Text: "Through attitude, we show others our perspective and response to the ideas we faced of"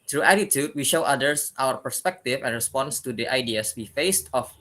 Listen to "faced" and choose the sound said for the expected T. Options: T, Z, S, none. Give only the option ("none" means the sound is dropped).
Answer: T